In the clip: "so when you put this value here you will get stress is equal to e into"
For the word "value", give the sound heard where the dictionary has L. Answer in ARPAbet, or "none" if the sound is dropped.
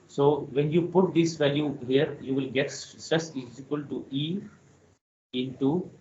L